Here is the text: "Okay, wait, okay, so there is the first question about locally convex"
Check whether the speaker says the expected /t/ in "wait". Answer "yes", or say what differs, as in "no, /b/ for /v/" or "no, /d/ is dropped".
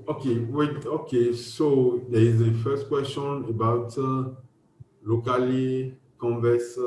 no, /t/ is dropped